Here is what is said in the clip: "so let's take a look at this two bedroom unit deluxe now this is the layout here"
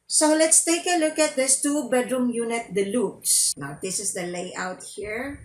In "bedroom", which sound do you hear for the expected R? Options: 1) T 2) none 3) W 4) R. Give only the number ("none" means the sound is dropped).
4